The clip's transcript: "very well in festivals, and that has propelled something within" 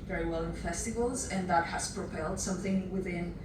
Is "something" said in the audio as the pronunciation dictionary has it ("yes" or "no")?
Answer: yes